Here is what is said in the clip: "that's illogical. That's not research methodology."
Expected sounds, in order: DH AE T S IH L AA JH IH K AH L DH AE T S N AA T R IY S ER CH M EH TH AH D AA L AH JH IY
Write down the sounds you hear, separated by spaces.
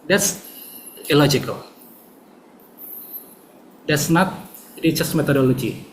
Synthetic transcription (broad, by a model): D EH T S IH L AA JH IH K AH L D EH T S N AA T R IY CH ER S M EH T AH D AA L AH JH IY